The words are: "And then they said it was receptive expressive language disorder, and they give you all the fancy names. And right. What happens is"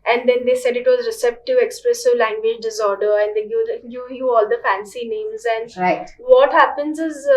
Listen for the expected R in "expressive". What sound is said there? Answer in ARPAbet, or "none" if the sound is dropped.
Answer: R